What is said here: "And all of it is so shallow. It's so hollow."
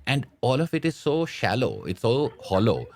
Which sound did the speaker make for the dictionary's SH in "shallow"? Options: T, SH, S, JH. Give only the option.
SH